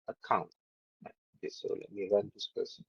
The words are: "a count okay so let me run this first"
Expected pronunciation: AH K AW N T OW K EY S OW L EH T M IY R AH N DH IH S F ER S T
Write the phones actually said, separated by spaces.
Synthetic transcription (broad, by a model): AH K AW N T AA EY S OW L EH T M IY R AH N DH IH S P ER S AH